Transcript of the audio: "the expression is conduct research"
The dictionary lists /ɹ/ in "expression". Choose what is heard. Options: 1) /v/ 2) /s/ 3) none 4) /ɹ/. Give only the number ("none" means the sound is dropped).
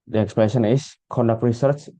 3